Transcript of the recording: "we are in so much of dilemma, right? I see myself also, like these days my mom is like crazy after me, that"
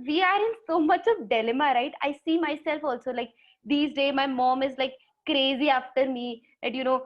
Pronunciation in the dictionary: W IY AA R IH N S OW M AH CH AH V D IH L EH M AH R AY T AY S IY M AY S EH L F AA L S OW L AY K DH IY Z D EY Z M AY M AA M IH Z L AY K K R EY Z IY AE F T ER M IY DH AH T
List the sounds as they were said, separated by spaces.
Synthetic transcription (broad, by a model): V IY AA R IH N S OW M AH CH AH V D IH L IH M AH R AY T AY S IY M AY S EH L F AA L S OW L AY K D IY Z D EY M AY M AA M IH Z L AY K K R EY Z IY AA F T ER M IY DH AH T